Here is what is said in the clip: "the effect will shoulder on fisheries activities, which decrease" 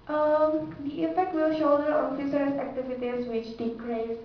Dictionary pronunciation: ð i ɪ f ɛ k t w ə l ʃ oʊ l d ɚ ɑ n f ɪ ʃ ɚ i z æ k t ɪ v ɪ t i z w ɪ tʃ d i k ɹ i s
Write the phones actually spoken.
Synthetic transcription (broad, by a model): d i ɪ f ɛ k t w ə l ʃ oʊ d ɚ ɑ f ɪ s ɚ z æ k t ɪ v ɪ t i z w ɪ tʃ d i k ɹ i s